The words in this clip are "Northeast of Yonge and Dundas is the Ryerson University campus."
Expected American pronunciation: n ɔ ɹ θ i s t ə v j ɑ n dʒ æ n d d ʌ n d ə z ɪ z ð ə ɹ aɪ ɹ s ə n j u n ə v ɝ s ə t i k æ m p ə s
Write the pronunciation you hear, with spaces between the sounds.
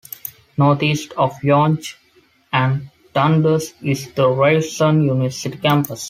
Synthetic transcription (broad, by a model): n ɔ ɹ t i s t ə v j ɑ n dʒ æ n d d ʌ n d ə s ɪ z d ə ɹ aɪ l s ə n j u n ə v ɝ s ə t i k æ m p ə s